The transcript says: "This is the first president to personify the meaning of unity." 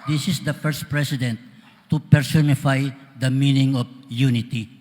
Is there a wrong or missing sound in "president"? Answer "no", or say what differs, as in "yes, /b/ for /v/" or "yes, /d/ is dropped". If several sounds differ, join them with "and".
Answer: yes, /s/ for /z/